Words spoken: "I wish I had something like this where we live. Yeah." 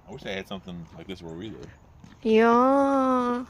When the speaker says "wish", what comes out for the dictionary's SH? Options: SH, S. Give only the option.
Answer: S